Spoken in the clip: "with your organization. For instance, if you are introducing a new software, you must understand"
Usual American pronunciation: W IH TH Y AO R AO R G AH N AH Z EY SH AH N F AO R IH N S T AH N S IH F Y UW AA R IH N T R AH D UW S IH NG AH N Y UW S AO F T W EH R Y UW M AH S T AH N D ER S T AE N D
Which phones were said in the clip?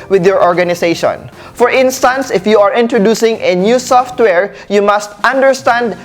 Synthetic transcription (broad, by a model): W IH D Y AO R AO R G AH N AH S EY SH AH N F AO R IH N S T AH N S IH F Y UW AA R IH N T R AH D UW S IH NG AH N Y UW S AO F T W EH R Y UW M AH S T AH N D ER S T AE N D